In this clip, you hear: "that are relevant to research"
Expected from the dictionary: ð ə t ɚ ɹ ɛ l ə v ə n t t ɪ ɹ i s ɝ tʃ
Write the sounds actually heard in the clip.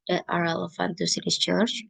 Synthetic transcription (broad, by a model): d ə t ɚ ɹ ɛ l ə f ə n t s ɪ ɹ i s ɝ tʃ